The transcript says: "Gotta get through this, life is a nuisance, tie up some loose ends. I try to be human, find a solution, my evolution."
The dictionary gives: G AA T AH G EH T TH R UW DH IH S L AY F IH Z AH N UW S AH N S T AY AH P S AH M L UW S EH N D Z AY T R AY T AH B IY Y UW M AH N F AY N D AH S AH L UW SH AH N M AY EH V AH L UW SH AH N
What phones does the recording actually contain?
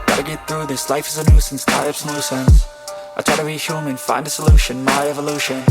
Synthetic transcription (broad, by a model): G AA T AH G EH T TH R UW DH IH S L AY F IH Z AH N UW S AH N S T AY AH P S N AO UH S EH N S AY T R AY T AH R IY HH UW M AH N F AY N D AH S AH L UW SH AH N M AY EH V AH L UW SH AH N